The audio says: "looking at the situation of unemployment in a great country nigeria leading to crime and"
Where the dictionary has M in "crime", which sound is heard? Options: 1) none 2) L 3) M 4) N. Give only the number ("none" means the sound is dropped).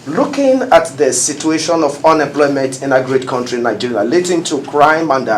3